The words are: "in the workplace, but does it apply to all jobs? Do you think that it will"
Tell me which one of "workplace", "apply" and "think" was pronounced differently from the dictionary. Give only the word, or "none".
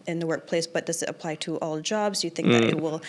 none